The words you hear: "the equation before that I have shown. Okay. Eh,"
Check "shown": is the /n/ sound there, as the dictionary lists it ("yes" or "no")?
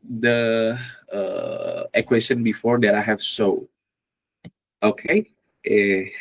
no